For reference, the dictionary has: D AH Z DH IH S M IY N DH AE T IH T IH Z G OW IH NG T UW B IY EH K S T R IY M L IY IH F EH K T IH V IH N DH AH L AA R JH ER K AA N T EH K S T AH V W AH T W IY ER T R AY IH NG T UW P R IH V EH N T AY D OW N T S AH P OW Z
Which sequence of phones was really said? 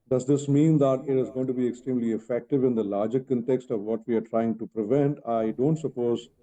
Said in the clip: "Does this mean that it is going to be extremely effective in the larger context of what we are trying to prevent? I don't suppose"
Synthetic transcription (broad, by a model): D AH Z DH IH S M IY N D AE T IH T IH Z G OW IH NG T UW B IY EH K S T R IY M L IY IH F EH K T IH V IH N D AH L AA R JH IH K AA N T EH K S T AH V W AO T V IY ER T R AY IH NG T UW P R IH V EH N T AY D OW N T S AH P OW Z